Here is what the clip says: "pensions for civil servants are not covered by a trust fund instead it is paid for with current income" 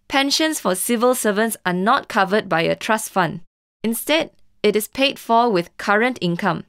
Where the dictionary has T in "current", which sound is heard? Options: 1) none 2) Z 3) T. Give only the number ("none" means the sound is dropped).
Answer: 3